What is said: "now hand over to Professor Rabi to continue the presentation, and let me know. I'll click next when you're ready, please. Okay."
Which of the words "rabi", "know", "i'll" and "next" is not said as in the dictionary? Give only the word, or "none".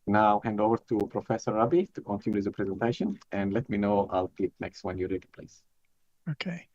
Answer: none